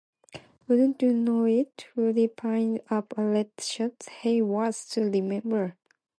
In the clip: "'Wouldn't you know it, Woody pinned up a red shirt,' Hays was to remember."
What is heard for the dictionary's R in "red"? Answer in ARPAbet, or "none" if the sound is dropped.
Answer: L